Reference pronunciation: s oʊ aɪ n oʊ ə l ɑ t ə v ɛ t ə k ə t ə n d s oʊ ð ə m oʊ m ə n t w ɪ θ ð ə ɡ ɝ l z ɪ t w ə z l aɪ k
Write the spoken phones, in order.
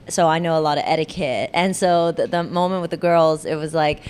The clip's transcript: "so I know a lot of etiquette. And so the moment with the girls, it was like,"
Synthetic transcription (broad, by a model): s oʊ aɪ n oʊ ə l ɑ t ə v ɛ t ə k ə t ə n s oʊ ð ə m oʊ m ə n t w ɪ ð ə ɡ ɝ l z ɪ t w ə z l aɪ k